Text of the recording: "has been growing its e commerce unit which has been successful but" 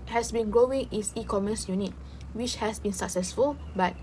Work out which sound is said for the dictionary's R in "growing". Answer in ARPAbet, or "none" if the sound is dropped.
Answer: R